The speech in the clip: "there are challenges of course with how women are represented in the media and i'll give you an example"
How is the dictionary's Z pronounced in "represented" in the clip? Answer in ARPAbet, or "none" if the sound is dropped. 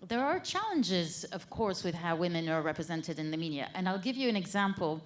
Z